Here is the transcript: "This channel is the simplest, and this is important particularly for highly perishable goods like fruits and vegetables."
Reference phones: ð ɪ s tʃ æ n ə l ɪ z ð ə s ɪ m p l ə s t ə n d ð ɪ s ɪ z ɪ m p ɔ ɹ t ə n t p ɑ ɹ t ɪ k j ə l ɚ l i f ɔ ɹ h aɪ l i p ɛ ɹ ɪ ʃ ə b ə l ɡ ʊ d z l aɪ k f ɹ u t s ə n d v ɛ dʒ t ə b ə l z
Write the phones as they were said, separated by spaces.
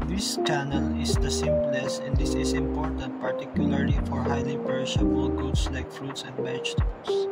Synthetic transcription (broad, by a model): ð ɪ s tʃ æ n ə l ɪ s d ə s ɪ m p l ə s ə n d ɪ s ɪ s ɪ m p ɔ ɹ t ə n t p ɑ ɹ t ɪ k j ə l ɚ l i f ɔ ɹ h aɪ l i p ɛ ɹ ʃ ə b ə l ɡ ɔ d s l aɪ k f ɹ u t s ə n d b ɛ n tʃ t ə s